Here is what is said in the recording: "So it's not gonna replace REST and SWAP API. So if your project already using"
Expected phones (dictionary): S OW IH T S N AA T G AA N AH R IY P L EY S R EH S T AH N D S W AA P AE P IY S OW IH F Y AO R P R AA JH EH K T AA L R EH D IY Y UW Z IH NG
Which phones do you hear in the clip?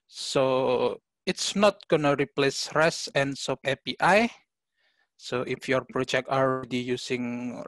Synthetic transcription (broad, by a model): S OW IH T S N AA T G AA N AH R IY P L EY S R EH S AH N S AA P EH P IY S OW IH F Y AO R P R AA JH EH K T AA L R EH D IY Y UW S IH NG